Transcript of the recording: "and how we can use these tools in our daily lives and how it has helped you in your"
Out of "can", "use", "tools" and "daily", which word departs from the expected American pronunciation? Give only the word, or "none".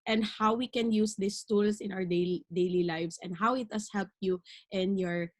tools